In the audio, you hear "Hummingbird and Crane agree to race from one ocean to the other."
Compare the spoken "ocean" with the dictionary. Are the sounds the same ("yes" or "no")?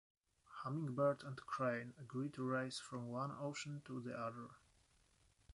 yes